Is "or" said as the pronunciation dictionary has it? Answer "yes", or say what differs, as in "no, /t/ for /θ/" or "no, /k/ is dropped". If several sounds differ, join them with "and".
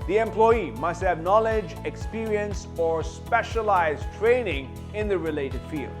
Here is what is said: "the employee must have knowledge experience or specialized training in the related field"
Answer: yes